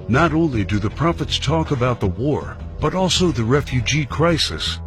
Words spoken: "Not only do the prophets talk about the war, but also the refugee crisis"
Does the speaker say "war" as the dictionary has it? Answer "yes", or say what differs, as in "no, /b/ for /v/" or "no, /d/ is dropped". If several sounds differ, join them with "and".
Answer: yes